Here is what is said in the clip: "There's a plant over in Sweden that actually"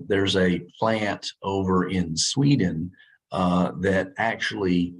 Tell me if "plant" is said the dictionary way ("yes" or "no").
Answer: yes